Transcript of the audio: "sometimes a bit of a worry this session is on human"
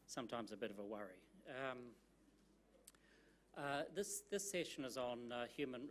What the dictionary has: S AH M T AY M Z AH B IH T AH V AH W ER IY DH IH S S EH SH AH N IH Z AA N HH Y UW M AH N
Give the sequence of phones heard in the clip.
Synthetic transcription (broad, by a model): S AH M T AY M Z AH B IH T AH V AH W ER IY DH IH S S EH SH AH N IH Z N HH Y UW M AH N